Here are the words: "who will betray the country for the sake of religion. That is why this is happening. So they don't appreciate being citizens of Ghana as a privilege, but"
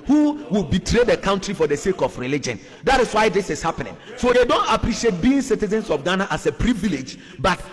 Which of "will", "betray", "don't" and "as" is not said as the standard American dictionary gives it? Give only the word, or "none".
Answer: as